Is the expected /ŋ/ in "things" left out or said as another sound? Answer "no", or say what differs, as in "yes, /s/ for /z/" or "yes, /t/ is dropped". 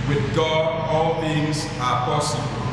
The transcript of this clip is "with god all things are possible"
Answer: no